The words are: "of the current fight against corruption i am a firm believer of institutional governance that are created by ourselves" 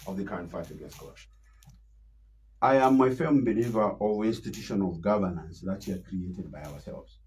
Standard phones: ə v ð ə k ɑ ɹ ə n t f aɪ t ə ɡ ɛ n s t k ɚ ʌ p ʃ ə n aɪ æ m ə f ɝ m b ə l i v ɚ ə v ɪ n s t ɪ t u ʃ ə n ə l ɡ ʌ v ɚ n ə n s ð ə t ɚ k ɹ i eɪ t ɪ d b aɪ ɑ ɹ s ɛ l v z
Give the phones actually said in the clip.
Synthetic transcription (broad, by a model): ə v ð ə k ɑ ɹ ə n t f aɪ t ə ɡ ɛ s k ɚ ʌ ʃ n aɪ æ m ə f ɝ m b ə l i v ɚ ə v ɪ n s t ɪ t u ʃ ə n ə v ɡ ʌ v ɚ n ə n s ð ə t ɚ k ɹ i eɪ t ɪ d b aɪ ɑ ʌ s ɛ l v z